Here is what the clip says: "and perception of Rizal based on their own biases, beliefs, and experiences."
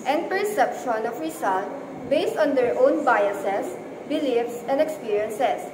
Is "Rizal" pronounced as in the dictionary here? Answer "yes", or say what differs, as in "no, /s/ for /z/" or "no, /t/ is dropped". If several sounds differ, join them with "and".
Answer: no, /s/ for /z/